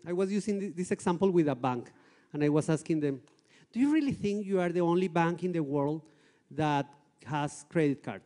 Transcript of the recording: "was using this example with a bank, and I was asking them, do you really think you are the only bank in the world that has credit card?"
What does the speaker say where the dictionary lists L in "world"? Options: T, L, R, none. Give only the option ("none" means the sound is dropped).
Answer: L